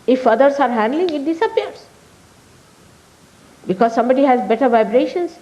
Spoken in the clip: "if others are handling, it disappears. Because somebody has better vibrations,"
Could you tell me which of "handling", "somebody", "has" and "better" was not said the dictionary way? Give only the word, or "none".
none